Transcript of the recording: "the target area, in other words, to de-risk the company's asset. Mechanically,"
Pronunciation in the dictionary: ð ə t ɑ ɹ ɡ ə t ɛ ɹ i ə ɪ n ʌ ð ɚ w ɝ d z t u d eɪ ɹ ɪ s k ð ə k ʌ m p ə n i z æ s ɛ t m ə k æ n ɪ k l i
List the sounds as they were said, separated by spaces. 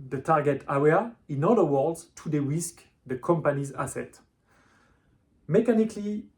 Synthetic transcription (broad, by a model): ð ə t ɑ ɹ ɡ ə t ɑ w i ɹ ɪ n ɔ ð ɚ w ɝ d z t u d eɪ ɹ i s k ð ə k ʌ m p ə n i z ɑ s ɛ t m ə k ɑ n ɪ k l i